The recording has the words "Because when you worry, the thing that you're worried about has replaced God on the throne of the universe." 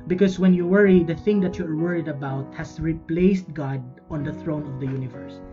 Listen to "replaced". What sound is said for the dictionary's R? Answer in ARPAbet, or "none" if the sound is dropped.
R